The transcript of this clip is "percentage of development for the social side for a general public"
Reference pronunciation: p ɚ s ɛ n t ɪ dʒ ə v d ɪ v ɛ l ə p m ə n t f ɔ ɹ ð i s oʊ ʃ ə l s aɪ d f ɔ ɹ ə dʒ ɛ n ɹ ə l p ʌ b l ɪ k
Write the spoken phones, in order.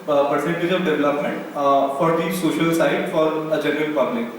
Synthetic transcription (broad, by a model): p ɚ s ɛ n t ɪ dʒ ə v d ɪ v ɛ l ə p m ə n t f ɔ ɹ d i s oʊ ʃ ə l s aɪ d f ɔ ɹ ə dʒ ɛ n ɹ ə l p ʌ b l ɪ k